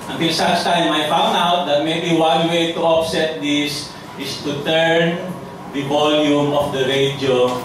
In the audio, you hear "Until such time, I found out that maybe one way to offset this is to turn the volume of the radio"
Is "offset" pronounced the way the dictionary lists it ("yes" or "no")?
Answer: no